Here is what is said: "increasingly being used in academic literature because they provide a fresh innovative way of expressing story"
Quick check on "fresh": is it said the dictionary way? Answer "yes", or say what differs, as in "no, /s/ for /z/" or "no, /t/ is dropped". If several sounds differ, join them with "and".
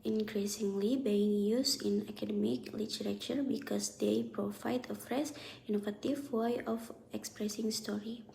no, /s/ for /ʃ/